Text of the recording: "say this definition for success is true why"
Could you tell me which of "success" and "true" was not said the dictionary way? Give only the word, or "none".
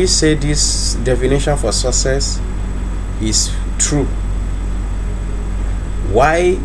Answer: success